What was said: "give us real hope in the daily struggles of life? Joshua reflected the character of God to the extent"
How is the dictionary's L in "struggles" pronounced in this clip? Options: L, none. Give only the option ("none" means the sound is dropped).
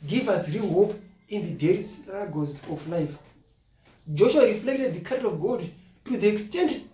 none